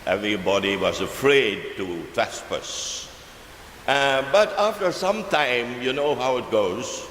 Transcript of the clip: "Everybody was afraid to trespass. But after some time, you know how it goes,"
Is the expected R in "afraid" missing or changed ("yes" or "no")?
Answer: no